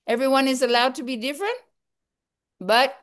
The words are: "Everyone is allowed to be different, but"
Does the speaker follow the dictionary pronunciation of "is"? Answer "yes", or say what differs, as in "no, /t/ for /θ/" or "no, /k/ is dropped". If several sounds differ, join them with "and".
yes